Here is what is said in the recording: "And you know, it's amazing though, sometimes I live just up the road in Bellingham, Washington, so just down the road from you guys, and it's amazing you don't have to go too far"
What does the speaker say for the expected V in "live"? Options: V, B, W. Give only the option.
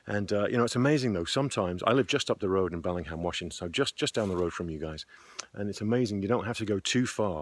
V